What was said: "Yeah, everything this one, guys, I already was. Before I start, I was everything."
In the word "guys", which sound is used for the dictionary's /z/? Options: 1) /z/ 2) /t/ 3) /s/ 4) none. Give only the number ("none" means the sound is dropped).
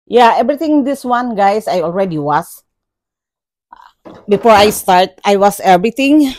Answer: 3